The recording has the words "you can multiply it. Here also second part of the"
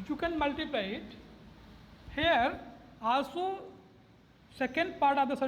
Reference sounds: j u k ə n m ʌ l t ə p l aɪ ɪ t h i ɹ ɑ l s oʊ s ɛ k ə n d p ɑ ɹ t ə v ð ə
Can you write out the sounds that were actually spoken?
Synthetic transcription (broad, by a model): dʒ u k ə n m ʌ l t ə p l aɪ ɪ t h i ɹ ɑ s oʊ s ɛ k ə n d p ɑ ɹ t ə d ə